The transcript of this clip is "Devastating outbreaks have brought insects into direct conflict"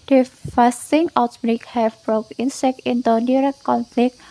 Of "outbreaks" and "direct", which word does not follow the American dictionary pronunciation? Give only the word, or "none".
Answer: outbreaks